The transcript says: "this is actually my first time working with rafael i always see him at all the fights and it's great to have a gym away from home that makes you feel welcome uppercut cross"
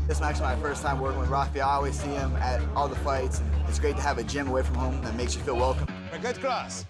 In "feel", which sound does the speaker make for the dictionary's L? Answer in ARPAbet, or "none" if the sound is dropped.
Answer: L